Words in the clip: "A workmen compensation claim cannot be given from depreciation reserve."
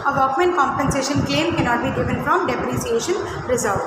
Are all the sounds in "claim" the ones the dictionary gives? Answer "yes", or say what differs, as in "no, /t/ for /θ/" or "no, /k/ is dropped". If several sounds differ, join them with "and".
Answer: yes